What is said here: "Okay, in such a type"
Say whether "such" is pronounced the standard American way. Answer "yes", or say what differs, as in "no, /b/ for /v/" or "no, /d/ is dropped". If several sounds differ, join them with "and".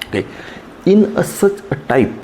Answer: no, /s/ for /tʃ/